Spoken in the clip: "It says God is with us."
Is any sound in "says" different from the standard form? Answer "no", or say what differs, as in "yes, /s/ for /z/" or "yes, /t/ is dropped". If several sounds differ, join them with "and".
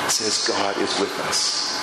no